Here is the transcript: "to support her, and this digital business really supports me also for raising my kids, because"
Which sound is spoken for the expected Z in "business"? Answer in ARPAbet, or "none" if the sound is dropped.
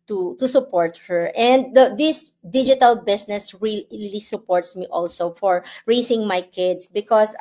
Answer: S